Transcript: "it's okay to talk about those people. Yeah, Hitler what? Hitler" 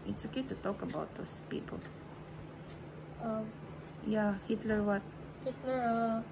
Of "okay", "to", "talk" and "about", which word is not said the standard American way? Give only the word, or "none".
none